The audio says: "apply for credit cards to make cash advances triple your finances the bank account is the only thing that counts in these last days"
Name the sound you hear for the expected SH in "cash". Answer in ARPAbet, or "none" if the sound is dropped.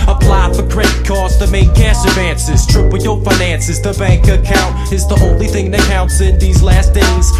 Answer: S